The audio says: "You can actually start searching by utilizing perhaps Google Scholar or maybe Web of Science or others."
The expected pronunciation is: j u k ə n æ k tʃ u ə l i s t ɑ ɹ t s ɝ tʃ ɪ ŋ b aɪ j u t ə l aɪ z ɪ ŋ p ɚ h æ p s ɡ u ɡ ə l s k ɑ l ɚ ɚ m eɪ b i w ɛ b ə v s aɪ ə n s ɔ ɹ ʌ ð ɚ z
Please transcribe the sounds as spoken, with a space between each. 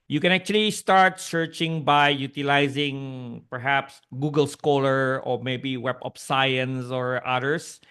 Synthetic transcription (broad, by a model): j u k ə n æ k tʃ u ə l i s t ɑ ɹ t s ɝ tʃ ɪ ŋ b aɪ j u t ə l aɪ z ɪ ŋ p ɚ h æ p s ɡ u ɡ ə l s k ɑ l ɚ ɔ m eɪ b i w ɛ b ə p s aɪ ə n s ɔ ɹ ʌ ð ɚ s